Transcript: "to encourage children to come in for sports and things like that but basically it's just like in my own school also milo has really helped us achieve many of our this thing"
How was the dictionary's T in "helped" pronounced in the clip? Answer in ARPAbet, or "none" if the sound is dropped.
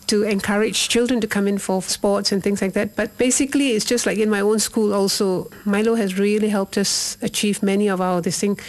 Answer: T